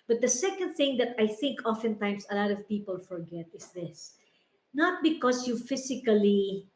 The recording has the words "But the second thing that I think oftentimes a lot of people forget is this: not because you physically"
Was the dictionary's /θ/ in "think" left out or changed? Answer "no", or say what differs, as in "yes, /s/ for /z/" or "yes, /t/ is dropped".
no